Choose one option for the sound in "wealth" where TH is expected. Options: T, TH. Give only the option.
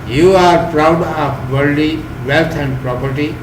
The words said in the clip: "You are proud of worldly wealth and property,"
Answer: T